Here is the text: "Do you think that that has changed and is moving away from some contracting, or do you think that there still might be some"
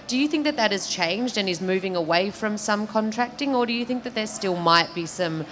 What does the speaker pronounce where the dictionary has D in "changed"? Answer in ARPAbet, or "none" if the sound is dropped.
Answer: D